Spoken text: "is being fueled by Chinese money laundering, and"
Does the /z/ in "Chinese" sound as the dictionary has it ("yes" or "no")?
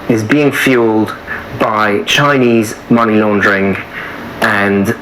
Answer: yes